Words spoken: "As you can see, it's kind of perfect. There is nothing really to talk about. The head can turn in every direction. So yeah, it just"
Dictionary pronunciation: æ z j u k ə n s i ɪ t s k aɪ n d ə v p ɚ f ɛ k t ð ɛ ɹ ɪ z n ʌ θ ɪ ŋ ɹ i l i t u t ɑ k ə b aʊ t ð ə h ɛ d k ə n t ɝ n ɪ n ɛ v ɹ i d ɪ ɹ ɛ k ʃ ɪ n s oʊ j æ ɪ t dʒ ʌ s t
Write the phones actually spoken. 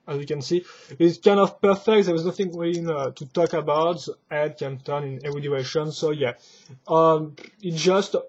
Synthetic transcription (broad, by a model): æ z j u k ə n s i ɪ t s k aɪ n d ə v p ɚ f ɛ k t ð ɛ w ɪ z n ʌ θ ɪ ŋ w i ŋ t u t ɑ k ə b aʊ t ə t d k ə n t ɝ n ɪ n ɛ v ɹ i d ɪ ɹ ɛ ʃ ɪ n s oʊ j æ ɪ t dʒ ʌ s t